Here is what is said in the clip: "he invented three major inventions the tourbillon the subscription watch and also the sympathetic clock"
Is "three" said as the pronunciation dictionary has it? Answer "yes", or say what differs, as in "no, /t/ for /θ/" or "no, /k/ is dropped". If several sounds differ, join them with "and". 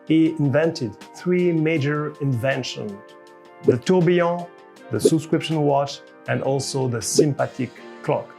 yes